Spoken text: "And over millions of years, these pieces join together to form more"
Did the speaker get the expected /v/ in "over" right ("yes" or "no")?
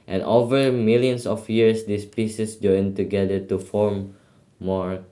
yes